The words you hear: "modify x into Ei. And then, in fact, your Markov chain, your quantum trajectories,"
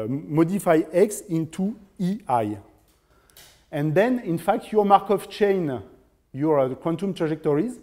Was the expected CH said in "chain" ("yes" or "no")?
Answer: yes